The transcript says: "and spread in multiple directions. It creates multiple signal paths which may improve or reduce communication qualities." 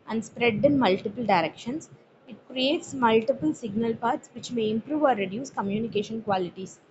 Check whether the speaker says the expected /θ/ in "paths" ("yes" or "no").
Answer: no